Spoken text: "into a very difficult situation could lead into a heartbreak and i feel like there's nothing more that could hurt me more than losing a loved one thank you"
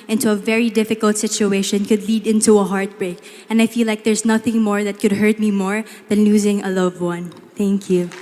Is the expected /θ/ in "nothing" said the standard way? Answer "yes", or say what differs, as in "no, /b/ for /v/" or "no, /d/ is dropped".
yes